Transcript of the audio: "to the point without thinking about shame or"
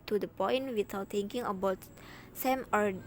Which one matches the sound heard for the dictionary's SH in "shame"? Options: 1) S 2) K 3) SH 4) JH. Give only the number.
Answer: 1